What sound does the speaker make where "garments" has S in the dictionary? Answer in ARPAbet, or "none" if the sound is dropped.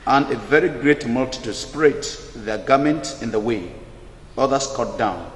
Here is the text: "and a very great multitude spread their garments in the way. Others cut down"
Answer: none